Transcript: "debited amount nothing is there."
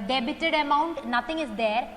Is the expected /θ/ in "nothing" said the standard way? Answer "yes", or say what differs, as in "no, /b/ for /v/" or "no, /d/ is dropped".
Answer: no, /t/ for /θ/